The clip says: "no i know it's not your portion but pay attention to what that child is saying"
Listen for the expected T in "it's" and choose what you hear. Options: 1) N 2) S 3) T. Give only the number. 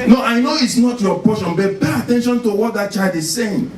3